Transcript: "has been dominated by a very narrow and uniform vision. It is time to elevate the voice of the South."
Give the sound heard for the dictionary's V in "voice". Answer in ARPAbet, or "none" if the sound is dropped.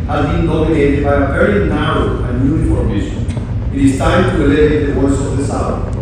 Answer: W